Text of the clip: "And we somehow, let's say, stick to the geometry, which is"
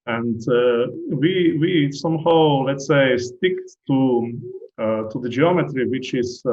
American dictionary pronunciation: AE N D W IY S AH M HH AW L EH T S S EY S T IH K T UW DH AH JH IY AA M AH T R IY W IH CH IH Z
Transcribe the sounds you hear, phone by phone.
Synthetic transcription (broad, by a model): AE N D W IY S AH M HH AW L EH T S S EY S T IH K T UW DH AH JH IY AA M AH T R IY W IH CH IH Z